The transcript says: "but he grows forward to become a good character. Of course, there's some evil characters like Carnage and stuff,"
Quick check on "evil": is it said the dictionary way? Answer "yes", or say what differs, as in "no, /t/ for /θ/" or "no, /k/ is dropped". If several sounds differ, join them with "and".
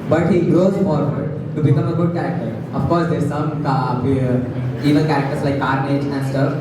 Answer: no, /n/ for /l/